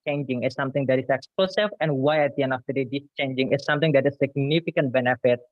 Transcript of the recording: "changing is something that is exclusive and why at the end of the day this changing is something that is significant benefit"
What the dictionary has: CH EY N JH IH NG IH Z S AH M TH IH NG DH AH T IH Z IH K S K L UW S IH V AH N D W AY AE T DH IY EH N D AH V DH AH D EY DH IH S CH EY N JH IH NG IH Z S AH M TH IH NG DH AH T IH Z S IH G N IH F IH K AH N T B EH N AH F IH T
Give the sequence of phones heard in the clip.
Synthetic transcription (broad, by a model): CH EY N JH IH NG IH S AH M T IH NG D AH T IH S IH K S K L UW S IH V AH N W AY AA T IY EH N AH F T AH D EY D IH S CH EY N JH IH NG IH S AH M T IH NG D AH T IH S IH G N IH F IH K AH N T B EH N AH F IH T